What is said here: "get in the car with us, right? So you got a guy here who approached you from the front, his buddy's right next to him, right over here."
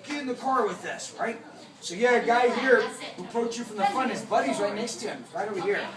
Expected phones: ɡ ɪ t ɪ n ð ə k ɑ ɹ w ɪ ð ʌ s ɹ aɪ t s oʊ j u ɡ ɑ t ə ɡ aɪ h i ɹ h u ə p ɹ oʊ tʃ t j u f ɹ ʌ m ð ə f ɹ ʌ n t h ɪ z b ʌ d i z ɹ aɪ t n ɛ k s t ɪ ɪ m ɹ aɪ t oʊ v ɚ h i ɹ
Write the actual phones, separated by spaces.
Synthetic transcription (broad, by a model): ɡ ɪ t ɪ n ð ə k ɑ ɹ w ɪ ð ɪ s ɹ aɪ t s oʊ j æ ə ɡ aɪ h i ɹ h u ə p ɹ oʊ tʃ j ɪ f ɹ ʌ m ð ə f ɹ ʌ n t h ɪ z b ʌ d i z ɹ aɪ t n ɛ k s t ɪ ɪ m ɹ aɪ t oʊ w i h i ɹ